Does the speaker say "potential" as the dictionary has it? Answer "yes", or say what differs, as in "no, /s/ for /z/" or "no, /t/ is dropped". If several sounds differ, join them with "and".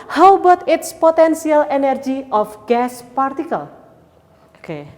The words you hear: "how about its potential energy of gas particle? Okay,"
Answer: no, /s/ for /ʃ/